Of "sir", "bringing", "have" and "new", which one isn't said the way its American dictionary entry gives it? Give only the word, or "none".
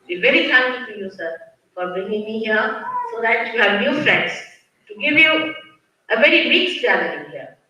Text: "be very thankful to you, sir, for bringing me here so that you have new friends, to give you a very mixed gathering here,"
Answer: bringing